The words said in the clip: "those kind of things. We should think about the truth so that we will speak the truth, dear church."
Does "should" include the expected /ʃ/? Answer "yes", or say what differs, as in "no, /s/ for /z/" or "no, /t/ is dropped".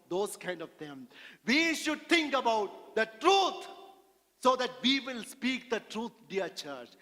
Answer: yes